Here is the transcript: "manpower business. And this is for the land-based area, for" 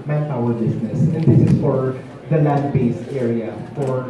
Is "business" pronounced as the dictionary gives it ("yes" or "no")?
no